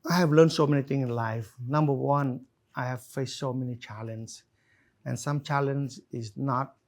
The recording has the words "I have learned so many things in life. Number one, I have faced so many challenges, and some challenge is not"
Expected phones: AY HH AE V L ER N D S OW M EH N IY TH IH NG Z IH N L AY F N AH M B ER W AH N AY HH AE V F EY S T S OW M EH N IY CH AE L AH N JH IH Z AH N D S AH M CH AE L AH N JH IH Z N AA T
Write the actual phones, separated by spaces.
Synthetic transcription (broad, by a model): AY HH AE V L ER N D S OW M EH N IY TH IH NG IH N L AY F N AH M B ER W AH N AY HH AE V F EY S T S OW M EH N IY CH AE L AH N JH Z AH N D S AH M CH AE L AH N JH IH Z N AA T